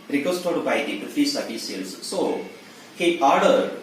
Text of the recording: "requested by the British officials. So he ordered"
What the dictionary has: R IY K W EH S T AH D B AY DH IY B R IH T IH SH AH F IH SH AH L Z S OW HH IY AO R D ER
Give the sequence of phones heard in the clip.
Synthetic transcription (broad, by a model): R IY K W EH S T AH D B AY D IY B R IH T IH S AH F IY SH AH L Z S OW HH IY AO R D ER